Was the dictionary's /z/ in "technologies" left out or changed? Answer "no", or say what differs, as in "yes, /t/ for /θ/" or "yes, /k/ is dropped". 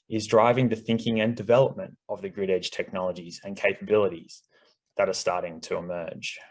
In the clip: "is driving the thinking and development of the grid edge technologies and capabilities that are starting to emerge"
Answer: no